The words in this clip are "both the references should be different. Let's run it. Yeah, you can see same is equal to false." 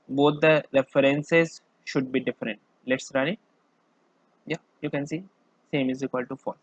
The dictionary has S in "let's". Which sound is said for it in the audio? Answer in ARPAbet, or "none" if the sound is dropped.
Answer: S